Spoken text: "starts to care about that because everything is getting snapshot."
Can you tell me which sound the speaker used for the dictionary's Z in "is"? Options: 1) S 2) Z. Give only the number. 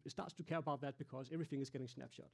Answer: 2